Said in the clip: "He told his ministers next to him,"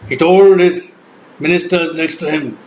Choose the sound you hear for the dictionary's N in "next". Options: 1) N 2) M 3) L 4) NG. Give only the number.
3